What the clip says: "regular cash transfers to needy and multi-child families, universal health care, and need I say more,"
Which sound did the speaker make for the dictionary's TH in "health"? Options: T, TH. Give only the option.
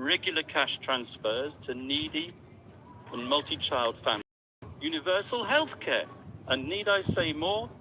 TH